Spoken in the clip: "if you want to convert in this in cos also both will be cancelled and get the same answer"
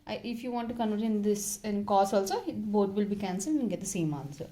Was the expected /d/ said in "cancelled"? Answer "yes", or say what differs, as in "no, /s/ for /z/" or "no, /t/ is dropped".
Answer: no, /d/ is dropped